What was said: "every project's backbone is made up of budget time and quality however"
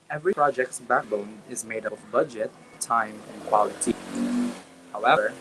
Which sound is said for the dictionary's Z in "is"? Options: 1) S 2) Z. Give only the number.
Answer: 2